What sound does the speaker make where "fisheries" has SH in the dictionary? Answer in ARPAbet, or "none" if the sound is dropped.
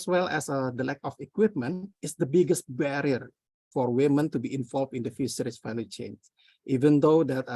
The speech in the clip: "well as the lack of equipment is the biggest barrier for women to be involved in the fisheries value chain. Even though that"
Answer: S